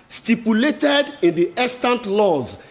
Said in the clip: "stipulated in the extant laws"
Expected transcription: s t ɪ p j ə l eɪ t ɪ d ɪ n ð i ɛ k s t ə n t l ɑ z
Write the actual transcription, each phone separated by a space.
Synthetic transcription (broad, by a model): s t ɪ p j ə l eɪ t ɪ d ɪ n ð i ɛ s t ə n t l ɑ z